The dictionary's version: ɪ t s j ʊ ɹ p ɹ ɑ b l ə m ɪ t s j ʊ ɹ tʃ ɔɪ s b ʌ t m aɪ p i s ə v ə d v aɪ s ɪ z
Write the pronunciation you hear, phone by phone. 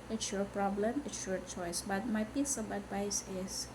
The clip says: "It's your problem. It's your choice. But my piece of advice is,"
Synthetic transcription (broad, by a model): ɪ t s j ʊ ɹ p ɹ ɑ b l ə m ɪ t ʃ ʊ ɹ tʃ ɔɪ s b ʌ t m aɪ b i s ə b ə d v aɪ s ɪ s